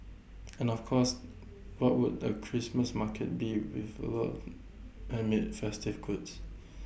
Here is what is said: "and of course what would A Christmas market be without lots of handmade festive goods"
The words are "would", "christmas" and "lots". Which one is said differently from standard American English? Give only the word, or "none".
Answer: lots